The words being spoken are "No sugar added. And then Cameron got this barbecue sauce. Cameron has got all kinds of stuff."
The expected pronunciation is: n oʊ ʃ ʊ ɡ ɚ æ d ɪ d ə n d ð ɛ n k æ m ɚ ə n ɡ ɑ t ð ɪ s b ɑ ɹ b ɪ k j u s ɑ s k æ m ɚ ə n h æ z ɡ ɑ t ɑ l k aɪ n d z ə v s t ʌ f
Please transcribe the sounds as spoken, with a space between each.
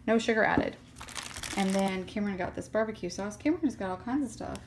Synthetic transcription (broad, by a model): n oʊ ʃ ʊ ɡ ɚ æ d ɪ d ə n ð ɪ n k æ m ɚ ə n ɡ ɑ t ð ɪ s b ɑ ɹ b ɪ k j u s ɑ s k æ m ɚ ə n z ɡ ɑ t ɑ l k aɪ n d z ə v s t ʌ f